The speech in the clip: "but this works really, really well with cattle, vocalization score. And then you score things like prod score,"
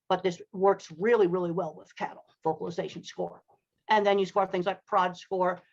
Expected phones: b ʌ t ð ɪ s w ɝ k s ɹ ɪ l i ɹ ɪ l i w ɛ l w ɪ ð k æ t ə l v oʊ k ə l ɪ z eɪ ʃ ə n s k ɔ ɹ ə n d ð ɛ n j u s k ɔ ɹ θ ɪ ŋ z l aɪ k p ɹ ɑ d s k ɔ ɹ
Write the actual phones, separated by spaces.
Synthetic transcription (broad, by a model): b ʌ t ð ɪ s w ɝ k s ɹ ɪ l i ɹ ɪ l i w ɛ l w ɪ ð k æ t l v oʊ k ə l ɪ z eɪ ʃ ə n s k ɔ ɹ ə n ð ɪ n j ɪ s k ɔ ɹ θ ɪ ŋ z l aɪ k p ɹ ɑ d s k ɔ ɹ